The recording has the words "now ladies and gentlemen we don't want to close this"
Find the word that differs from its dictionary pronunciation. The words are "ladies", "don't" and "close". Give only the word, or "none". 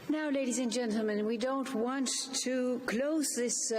none